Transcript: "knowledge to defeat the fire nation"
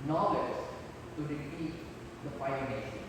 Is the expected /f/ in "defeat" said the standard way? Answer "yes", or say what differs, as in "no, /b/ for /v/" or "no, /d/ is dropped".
no, /p/ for /f/